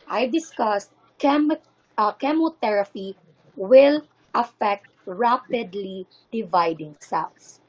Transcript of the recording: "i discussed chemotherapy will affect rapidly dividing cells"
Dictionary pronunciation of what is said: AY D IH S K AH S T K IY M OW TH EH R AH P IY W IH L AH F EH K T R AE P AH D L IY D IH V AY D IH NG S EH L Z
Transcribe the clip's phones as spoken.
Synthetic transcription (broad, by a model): AY D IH S K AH S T K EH M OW T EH R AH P IY W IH L AH F EH K T R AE P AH D L IY D IH V AY D IH NG S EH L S